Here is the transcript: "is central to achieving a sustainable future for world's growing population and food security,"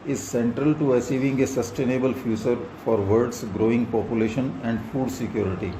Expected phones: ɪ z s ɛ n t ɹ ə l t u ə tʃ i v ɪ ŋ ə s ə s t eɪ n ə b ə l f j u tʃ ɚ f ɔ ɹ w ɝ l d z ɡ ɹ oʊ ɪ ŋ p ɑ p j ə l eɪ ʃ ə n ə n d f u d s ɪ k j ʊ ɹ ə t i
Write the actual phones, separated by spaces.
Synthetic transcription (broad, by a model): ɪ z s ɛ n t ɹ ə l t u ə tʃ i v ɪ ŋ ə s ə s t eɪ n ə b ə l f j u tʃ ɚ f ɔ ɹ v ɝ d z ɡ ɹ oʊ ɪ ŋ p ɑ p j ə l eɪ ʃ ə n ə n d f u d s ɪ k j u ɹ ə t i